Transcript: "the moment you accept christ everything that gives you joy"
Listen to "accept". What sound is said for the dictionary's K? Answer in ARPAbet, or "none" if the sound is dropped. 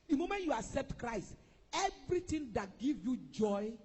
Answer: none